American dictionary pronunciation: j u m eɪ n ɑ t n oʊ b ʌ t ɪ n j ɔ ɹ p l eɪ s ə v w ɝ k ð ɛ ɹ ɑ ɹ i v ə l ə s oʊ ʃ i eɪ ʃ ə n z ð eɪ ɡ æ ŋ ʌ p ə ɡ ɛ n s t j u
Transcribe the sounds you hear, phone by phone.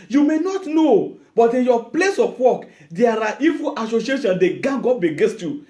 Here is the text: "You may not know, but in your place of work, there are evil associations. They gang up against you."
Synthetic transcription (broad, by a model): j u m eɪ n ɑ t n oʊ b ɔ t ɪ n j ɔ p l eɪ s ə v w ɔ k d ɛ ɹ ɑ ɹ i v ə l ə s oʊ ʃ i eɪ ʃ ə n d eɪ ɡ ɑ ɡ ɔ b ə ɡ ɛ s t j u